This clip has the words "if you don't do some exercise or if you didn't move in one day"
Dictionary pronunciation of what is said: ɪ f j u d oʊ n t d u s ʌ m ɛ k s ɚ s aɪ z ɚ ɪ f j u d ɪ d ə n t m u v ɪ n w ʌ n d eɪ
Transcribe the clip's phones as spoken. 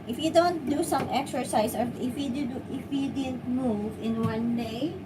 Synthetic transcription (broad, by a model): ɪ f j u d oʊ n t d u s ʌ m ɛ k s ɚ s aɪ s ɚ ɪ f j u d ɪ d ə n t m u v ɪ n w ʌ n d eɪ